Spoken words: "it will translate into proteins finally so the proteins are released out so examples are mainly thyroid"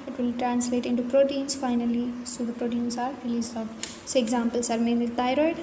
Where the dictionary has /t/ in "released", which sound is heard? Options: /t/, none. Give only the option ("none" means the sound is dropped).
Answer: none